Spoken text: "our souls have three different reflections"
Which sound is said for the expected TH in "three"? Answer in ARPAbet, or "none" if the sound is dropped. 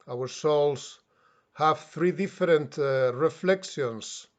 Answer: TH